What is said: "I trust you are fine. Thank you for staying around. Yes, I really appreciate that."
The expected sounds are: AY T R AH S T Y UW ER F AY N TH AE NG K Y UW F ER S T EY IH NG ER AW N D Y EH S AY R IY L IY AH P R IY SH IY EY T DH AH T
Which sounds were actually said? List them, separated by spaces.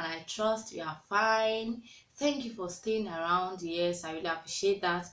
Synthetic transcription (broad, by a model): AY T R AH S T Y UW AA F AY N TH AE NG K Y UW F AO S T EY IH NG ER AW N D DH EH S AY W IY L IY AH P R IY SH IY EY T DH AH T